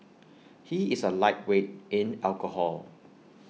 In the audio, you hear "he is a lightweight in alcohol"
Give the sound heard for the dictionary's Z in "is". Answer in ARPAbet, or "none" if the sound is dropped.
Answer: S